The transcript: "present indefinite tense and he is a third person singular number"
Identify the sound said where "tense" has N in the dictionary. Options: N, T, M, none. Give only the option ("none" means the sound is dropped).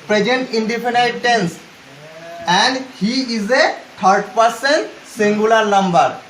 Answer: N